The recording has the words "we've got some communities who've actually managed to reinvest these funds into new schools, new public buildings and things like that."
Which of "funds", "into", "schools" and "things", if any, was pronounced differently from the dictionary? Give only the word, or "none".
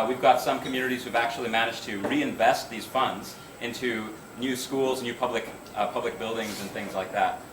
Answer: none